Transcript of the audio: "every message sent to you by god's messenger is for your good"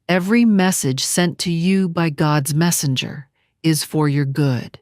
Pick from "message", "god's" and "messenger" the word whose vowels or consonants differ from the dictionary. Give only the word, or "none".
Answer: none